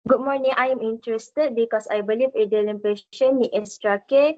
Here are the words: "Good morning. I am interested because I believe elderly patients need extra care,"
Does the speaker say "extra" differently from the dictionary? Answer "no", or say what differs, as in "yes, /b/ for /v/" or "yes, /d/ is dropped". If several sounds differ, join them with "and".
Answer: yes, /k/ is dropped